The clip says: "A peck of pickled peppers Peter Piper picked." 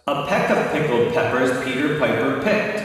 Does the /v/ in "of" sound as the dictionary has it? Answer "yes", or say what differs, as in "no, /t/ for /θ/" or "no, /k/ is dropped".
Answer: no, /p/ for /v/